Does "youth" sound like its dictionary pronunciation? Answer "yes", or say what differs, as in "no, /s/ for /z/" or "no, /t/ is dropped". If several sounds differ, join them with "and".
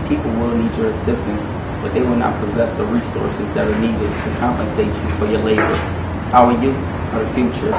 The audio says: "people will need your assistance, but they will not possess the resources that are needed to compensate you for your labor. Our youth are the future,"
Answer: no, /f/ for /θ/